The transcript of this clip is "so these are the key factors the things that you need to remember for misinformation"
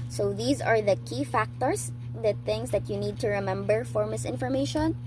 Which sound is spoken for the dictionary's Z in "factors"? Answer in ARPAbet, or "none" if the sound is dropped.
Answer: S